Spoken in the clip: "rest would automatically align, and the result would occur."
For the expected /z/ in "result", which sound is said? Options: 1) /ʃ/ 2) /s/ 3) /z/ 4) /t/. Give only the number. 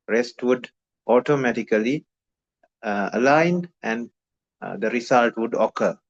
2